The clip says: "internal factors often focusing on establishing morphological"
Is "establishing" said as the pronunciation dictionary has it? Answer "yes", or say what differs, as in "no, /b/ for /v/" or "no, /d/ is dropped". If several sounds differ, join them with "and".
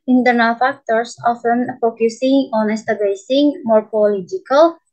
no, /l/ is dropped and /s/ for /ʃ/